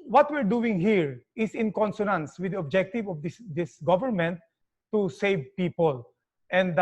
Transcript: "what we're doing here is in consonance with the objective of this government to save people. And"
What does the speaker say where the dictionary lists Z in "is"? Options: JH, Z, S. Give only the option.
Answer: S